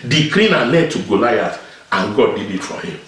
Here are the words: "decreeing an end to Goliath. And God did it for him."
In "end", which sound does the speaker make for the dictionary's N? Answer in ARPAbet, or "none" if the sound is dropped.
none